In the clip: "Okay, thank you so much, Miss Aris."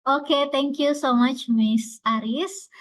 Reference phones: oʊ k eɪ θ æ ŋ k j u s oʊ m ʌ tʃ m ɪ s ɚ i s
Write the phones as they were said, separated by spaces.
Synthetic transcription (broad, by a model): oʊ k eɪ t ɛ ŋ k j u s oʊ m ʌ tʃ m ɪ s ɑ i s